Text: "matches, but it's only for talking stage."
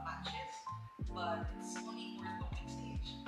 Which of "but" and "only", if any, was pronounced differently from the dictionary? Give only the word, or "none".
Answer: only